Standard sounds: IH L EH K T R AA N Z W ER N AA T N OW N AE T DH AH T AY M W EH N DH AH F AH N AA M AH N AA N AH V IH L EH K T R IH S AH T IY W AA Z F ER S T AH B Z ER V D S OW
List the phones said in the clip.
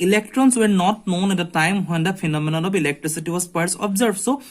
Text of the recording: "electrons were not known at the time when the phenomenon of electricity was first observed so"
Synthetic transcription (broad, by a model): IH L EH K T R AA N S W ER N AA T N OW N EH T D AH T AY M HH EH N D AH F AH N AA M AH N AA L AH B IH L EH K T R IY S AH T IY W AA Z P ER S AH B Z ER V S OW